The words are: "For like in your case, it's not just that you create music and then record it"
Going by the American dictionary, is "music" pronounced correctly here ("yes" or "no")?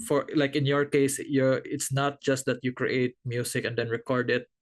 no